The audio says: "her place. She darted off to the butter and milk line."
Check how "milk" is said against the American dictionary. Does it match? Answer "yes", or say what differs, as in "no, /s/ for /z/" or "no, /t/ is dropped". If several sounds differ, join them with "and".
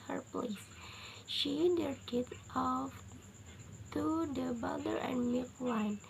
no, /l/ is dropped